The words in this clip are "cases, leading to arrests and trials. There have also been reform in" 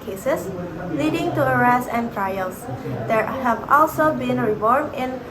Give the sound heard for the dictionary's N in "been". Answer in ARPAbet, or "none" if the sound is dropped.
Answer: N